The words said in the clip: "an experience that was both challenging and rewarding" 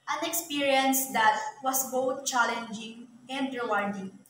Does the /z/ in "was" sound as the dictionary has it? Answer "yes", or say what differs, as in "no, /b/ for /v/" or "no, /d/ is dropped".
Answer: no, /s/ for /z/